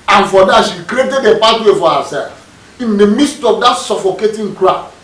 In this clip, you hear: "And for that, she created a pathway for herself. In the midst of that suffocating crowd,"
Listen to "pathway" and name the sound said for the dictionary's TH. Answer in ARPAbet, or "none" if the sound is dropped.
T